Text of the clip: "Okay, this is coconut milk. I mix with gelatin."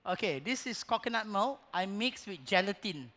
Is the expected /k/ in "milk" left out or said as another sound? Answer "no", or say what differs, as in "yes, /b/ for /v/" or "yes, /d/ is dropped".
yes, /k/ is dropped